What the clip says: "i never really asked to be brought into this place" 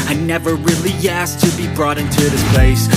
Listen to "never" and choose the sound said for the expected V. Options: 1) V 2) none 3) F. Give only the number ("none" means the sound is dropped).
1